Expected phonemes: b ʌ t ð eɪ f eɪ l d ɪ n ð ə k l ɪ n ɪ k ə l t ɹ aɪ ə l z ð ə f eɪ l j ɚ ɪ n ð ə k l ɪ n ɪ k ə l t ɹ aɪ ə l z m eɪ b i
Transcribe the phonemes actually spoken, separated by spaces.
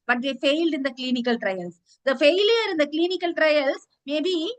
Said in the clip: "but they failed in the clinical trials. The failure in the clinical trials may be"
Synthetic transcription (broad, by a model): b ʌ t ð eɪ f eɪ l d ɪ n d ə k l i n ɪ k ə l t ɹ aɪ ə l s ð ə f eɪ l j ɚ ɪ n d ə k l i n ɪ k ə l t ɹ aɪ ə l s m eɪ b i